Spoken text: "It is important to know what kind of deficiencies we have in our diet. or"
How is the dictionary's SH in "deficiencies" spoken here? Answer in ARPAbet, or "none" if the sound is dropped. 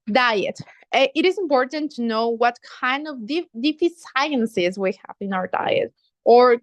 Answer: S